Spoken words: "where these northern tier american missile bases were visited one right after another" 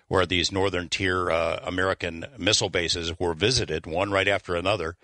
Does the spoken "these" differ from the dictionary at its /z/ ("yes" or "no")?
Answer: no